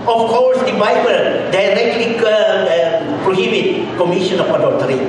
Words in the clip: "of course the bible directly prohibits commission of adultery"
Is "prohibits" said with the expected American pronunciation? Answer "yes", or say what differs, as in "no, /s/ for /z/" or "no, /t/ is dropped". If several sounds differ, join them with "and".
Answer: no, /s/ is dropped